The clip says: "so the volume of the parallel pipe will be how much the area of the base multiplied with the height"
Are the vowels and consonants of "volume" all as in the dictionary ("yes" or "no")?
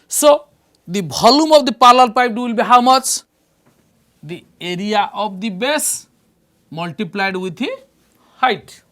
no